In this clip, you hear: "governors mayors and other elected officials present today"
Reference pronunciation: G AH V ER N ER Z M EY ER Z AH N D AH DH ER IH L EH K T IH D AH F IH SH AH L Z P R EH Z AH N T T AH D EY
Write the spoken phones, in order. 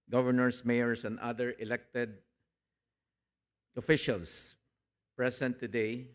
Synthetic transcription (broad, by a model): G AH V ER N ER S M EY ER S AH N D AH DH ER IH L EH K T IH D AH F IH SH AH L S P R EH S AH N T T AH D EY